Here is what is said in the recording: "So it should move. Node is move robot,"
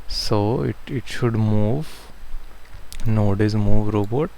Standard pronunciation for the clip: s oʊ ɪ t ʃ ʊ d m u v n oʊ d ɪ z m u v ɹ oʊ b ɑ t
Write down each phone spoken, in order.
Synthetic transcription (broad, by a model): s oʊ ɪ t ʃ ʊ d m u v n oʊ d ɪ z m u v ɹ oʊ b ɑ t